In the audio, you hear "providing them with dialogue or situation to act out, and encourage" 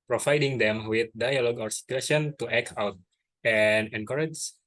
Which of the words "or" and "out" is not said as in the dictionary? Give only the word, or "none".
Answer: or